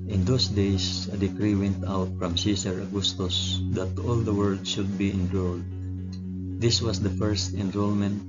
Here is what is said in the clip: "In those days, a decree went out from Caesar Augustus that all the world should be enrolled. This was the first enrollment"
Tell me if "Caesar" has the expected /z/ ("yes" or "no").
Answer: no